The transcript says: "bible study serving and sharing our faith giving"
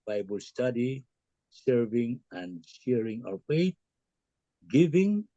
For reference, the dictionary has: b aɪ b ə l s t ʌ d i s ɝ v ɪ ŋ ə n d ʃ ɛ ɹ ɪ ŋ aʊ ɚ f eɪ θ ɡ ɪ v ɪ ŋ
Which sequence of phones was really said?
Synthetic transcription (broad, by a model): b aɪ b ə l s t ʌ d i s ɝ v ɪ ŋ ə n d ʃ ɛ ɹ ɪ ŋ aʊ ɚ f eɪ t ɡ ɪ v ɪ ŋ